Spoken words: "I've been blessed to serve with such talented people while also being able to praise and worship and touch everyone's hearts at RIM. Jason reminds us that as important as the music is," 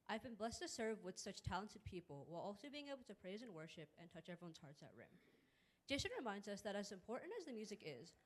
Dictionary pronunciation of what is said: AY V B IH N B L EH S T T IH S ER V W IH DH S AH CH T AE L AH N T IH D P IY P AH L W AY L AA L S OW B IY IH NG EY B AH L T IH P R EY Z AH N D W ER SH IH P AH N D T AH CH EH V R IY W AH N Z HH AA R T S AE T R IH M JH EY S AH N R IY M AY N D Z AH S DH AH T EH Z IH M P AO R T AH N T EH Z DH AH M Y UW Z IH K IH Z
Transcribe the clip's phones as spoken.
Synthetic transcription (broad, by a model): AY V B IH N B L EH S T T IH S ER V W IH DH S AH CH T AE L AH N T IH D P IY P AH L W AY L AA L S OW B IY IH NG EY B L T IH P R EY Z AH N W ER SH IH P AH N T AH CH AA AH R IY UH N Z HH AA R T S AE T R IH M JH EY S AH N R IY M AY N D Z AH S DH AH T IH Z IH M P AO R T N T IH Z DH AH M Y UW Z IH K IH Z